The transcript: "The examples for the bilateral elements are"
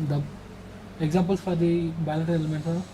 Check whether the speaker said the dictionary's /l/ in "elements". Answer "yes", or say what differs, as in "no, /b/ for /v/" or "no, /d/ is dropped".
no, /l/ is dropped